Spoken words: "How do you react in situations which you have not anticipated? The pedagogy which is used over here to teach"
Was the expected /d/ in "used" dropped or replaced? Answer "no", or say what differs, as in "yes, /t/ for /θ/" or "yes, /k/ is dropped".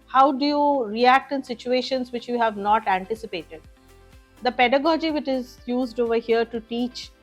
no